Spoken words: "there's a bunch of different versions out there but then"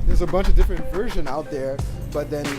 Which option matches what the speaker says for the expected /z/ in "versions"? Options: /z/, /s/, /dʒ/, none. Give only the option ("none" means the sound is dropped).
none